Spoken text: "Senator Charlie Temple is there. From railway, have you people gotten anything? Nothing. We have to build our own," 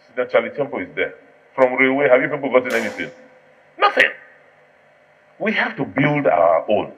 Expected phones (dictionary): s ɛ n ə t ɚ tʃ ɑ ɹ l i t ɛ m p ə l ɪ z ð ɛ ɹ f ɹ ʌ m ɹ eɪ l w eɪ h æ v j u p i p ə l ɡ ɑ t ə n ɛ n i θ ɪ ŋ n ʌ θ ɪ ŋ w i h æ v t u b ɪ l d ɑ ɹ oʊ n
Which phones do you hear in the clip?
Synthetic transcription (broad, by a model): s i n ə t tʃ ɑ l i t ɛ m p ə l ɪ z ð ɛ f ɹ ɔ m ɹ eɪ w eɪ h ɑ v j u p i p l ɡ ɑ t ə n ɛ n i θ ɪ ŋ n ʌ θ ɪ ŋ w i h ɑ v t u b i l d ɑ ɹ oʊ n